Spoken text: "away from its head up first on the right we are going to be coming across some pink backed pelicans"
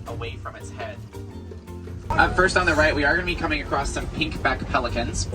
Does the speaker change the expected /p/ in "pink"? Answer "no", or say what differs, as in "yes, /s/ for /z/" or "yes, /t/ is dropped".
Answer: no